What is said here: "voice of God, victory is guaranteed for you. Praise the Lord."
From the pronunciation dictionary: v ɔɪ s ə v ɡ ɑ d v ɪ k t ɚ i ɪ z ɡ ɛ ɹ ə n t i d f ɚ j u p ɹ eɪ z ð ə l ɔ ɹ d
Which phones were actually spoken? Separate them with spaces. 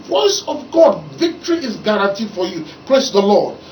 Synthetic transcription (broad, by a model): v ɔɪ s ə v ɡ ɑ d v ɪ k t ɚ i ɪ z ɡ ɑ ɹ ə n t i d f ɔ j u p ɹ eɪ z ð ə l ɔ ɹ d